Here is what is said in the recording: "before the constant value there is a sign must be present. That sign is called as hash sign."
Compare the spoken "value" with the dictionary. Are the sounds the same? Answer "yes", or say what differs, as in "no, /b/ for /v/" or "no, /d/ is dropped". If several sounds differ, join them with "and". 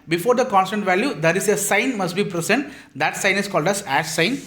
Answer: yes